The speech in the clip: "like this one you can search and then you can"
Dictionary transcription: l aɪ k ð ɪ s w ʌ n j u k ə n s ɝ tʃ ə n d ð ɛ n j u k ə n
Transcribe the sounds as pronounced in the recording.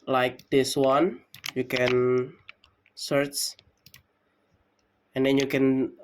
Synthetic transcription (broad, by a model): l aɪ k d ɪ s w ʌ n j u k ə n s ɝ tʃ ə n d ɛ n j u k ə n